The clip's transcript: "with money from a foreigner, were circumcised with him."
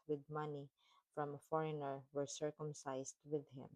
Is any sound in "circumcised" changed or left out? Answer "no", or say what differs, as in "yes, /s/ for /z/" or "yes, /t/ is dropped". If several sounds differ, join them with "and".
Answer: yes, /s/ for /z/